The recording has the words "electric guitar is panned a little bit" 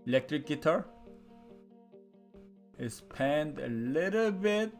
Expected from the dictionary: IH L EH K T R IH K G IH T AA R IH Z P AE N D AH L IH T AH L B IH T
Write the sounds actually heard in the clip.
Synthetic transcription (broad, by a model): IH L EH K T R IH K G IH T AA R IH S P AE N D AH L IH T AH L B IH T